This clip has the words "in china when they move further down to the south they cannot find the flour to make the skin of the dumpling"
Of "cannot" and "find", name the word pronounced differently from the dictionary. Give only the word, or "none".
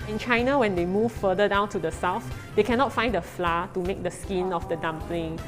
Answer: none